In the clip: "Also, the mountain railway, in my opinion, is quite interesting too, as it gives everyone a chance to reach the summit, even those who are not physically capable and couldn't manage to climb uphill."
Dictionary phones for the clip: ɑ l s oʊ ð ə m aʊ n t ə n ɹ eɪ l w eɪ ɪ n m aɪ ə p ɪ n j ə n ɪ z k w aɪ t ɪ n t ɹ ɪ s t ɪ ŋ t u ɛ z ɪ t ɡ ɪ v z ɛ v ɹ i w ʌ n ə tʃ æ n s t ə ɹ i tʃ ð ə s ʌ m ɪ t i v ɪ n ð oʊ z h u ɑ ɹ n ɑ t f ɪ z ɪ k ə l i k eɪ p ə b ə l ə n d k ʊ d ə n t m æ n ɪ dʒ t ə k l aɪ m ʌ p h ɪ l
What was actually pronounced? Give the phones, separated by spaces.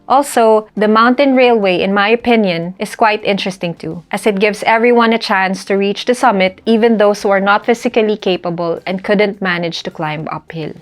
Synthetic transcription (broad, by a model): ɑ l s oʊ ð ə m aʊ n t ə n ɹ eɪ l w eɪ ɪ n m aɪ ə p ɪ n j ə n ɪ s k w aɪ t ɪ n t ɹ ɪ s t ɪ ŋ t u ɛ s ɪ t ɡ ɪ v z ɛ v ɹ i w ʌ n ə tʃ æ n s t ə ɹ i tʃ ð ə s ʌ m ɪ t i v ɪ n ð oʊ s h u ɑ ɹ n ɑ t f ɪ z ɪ k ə l i k eɪ p ə b ə l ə n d k ʊ d ə n t m æ n ɪ dʒ t ə k l aɪ m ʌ p h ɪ l